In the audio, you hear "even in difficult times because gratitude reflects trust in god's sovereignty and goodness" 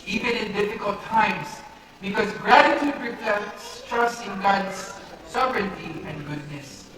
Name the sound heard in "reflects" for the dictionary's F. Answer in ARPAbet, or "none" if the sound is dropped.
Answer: P